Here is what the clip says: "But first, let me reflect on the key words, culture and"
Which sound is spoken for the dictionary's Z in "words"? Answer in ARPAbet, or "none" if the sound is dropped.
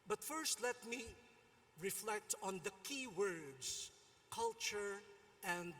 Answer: S